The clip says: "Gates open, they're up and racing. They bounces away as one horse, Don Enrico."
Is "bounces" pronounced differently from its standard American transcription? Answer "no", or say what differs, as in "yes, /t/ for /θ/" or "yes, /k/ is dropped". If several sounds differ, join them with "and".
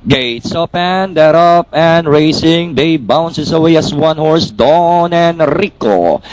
yes, /s/ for /z/